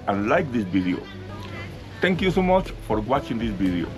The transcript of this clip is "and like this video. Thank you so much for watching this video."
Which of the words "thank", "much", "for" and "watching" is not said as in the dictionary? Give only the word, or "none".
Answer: thank